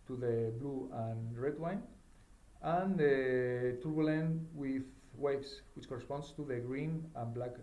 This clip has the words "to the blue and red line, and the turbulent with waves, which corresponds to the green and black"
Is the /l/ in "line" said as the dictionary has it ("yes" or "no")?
no